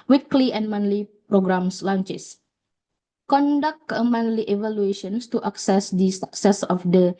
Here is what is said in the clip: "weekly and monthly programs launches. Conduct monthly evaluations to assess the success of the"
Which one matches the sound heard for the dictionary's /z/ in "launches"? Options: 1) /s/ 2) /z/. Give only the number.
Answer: 1